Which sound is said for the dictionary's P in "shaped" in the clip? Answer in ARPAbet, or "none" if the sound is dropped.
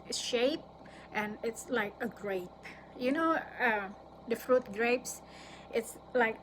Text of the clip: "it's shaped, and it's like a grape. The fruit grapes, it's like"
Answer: P